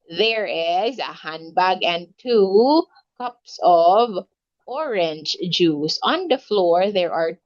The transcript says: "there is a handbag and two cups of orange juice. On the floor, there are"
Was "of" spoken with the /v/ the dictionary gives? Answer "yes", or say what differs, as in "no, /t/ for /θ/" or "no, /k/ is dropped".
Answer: yes